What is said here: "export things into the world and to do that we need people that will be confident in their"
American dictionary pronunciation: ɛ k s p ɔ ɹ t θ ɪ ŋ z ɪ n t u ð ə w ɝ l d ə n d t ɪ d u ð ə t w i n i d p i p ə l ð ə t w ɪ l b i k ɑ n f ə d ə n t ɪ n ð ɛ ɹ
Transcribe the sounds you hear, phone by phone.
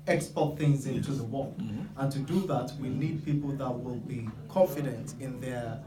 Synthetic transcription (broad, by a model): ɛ k s p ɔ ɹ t θ ɪ ŋ z ɪ n t u ð ə w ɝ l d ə n t ɪ d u ð ə t w i n i d p i p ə l ð ə t w ɪ l b i k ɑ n f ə d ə n t ɪ n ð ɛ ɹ